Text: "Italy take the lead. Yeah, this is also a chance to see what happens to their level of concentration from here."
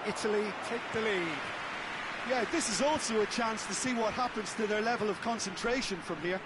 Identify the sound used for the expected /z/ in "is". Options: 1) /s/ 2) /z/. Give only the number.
2